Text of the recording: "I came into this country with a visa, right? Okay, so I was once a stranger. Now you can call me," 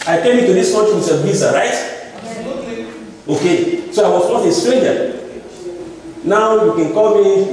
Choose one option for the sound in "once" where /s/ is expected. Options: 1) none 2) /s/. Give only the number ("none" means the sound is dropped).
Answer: 1